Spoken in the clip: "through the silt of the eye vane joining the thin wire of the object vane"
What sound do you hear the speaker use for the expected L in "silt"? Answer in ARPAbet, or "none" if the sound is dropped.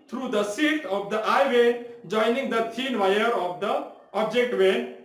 none